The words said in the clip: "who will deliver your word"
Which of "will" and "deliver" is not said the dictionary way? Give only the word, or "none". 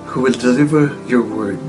none